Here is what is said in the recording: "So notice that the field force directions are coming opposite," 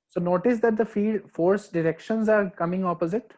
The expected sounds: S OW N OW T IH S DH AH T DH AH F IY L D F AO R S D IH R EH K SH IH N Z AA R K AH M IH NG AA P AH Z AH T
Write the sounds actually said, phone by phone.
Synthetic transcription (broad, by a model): S OW N OW T IH S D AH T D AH F IY D F AO R S D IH R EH K SH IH N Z AA R K AH M IH NG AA P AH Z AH T